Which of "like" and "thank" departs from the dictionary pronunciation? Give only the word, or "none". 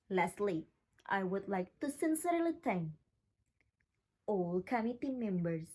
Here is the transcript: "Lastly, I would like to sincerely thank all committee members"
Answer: thank